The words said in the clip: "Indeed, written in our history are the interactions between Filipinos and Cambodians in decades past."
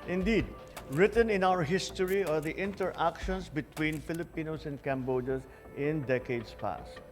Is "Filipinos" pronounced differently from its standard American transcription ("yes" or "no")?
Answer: yes